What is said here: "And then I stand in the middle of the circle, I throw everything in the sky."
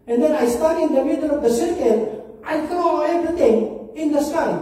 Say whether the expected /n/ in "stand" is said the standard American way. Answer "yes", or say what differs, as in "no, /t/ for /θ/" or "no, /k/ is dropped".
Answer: no, /n/ is dropped